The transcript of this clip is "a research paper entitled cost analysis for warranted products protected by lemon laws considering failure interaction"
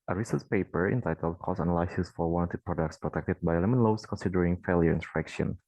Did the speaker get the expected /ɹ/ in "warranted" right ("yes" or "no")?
no